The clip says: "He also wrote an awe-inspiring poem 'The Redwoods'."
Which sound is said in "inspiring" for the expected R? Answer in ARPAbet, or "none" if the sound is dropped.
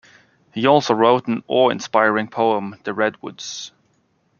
R